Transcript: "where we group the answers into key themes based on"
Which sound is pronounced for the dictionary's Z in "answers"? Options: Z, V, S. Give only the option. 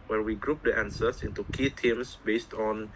S